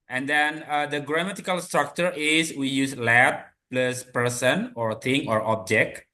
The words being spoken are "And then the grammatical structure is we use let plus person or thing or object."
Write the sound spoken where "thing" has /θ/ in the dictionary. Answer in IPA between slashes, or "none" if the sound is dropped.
/t/